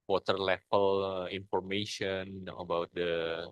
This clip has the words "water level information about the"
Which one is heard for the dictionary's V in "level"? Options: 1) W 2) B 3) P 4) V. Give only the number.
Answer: 3